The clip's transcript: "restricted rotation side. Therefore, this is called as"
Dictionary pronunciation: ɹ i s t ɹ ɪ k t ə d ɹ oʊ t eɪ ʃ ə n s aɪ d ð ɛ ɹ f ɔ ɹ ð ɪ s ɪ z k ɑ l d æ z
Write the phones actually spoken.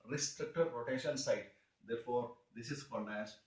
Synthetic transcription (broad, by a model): ɹ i s t ɹ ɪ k t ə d ɹ oʊ t eɪ ʃ ə n s aɪ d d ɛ ɹ f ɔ ɹ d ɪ s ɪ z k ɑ n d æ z